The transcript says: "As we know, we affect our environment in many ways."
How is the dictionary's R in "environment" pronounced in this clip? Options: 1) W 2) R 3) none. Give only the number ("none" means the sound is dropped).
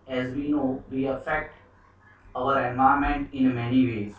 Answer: 3